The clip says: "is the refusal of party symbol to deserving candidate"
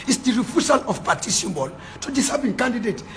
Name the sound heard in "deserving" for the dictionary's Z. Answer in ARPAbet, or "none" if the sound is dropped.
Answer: S